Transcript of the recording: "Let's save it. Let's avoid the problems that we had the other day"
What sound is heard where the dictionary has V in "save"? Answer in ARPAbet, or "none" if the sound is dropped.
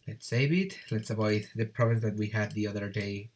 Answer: B